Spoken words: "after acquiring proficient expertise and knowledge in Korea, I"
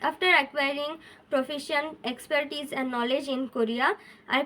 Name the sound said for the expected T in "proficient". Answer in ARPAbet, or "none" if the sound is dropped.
none